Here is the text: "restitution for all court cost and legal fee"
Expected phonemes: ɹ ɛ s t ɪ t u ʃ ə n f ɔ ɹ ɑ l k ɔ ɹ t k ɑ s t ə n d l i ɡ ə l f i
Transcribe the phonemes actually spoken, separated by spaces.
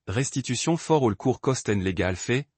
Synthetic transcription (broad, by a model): ɹ ɛ s t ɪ t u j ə f ɔ ɹ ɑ l k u ɹ k ɑ s t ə n l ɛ ɡ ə l f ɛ